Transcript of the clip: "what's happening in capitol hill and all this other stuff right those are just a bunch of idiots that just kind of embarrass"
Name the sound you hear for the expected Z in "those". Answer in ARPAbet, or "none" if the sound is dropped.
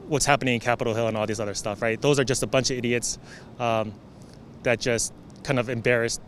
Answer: Z